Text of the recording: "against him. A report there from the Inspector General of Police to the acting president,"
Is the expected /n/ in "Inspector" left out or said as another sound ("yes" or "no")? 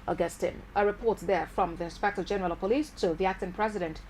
no